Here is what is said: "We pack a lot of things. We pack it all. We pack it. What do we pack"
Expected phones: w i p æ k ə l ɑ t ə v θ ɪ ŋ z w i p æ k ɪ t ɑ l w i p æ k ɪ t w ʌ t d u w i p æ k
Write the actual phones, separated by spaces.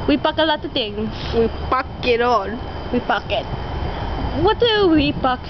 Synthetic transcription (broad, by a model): w i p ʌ k ə l ɑ t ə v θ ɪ ŋ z w i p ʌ k ɪ t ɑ n w i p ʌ k ɪ t w ʌ t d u w i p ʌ k